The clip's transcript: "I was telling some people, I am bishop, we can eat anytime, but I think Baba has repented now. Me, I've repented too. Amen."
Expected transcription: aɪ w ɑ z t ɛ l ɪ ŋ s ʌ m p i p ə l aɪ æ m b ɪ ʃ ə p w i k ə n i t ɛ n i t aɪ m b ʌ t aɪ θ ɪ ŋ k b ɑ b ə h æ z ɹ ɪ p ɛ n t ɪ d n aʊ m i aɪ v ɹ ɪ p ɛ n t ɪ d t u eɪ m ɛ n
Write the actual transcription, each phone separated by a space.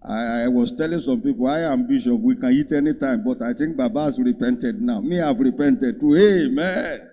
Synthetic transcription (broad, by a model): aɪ w ɑ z t ɛ l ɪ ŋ s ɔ m p i p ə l aɪ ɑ m b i ʃ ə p w i k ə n i t ɛ n i t aɪ m b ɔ t aɪ t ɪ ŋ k b ɑ b ə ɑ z ɹ ɪ p ɛ n t ɪ d n aʊ m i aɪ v ɹ ɪ p ɛ n t ɪ d t u eɪ m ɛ n